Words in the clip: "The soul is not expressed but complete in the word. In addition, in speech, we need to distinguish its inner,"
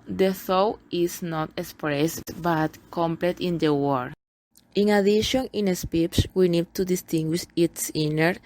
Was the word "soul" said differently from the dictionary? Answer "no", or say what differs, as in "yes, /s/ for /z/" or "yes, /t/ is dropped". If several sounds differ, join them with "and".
yes, /w/ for /l/